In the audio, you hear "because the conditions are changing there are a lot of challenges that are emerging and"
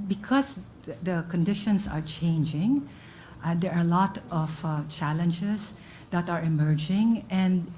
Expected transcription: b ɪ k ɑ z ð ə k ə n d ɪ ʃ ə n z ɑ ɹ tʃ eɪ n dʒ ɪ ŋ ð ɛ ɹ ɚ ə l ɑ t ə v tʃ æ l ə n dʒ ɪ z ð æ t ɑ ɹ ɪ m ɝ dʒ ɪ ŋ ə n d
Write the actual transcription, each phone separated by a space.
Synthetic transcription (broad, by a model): b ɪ k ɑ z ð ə k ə n d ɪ ʃ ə n s ɑ ɹ tʃ eɪ n dʒ ɪ ŋ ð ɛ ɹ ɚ ə l ɑ t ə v tʃ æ l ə n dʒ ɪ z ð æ t ɑ ɹ ɪ m ɝ dʒ ɪ ŋ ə n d